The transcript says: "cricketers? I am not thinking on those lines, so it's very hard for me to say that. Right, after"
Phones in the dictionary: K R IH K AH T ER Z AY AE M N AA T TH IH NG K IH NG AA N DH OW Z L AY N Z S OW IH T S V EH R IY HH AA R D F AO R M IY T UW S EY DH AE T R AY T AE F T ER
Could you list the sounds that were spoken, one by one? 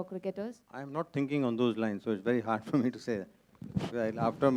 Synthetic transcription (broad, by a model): K R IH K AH T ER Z AY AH M N AA T T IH NG K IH NG AA N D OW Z L AY N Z S OW IH T S V EH R IY HH AA R D F AO R M IY T UW S EY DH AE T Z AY AA F T ER